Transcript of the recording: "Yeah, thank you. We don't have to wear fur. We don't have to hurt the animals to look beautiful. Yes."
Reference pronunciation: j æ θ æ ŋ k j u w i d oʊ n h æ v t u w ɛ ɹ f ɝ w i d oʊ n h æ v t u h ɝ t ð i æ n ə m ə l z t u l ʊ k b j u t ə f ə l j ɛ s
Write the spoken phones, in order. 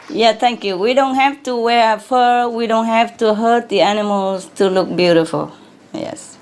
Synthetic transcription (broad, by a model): j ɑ t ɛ ŋ k j u w i d oʊ n h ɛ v t u w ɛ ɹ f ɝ w i d oʊ n h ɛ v t u h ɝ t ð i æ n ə m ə l s t u l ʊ k b j u t ə f ə l j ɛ s